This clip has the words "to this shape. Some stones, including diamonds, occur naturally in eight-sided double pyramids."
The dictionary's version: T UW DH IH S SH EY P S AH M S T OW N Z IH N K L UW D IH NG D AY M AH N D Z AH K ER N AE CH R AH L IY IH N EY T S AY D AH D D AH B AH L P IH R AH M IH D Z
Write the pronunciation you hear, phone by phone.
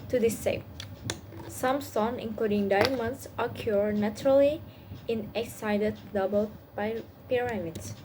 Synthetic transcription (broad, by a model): T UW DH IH S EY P S AH M S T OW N IH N K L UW D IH NG D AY M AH N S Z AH K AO N AE CH R AH L IY IH N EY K S AY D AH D D AH B AH L P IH R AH M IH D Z